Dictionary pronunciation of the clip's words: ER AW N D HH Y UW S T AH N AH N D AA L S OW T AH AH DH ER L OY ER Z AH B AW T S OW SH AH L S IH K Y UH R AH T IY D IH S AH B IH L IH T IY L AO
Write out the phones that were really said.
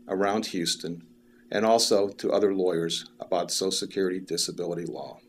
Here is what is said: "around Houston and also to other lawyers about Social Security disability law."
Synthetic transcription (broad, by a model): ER AW N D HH Y UW S T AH N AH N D AA L S OW T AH AH DH ER L OY ER Z AH B AW T S OW AH S IH K Y UH R AH T IY D IH S AH B IH L IH T IY L AO